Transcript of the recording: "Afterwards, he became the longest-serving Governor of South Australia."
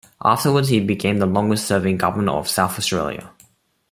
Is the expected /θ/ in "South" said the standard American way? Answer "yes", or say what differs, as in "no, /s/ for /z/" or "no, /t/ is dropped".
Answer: yes